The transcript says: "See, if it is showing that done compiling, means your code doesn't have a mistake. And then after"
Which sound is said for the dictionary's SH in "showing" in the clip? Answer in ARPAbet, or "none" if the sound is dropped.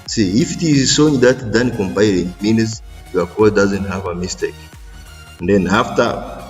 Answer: S